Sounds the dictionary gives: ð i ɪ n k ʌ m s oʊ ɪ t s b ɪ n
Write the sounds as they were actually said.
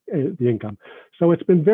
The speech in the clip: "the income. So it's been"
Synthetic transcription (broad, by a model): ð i ɪ n k ʌ m s oʊ ɪ t s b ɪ n